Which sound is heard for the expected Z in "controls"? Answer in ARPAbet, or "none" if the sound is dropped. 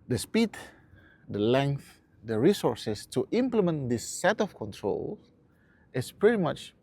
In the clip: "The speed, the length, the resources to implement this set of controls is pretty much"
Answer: none